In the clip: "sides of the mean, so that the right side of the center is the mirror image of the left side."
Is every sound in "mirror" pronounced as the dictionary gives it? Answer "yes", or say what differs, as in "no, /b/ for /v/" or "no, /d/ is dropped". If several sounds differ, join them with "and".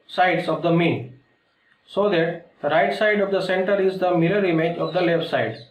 no, /l/ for /ɹ/